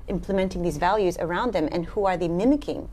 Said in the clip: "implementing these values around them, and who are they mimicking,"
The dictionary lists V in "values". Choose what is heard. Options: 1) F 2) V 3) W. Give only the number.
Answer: 2